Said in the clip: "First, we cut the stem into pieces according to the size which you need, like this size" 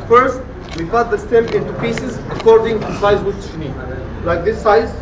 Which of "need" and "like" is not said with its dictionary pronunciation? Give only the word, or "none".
none